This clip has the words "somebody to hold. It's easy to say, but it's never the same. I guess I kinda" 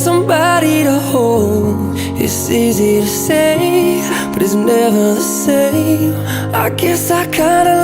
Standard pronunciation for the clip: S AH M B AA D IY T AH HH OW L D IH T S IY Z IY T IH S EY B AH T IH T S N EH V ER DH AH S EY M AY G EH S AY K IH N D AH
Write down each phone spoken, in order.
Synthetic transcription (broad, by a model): S AH M B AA D IY T AH HH OW L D IH T S IY Z IY T IH S EY B AH T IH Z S N EH V ER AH S EY AY G EH S AY K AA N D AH